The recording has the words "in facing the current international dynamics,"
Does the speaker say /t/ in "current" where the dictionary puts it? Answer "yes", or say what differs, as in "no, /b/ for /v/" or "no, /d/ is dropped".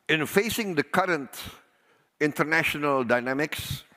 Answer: yes